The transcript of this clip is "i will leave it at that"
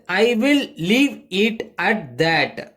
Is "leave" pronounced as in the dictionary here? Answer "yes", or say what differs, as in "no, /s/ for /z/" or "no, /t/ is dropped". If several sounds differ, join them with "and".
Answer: yes